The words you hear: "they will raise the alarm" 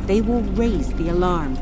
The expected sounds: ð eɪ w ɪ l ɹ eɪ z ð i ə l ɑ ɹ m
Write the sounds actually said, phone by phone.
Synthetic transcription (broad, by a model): ð eɪ w ɪ l ɹ eɪ z ð i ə l ɑ ɹ m